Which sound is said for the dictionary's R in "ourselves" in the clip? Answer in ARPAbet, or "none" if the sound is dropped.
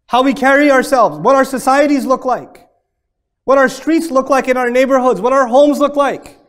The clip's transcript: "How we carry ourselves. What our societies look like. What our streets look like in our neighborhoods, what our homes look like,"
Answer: R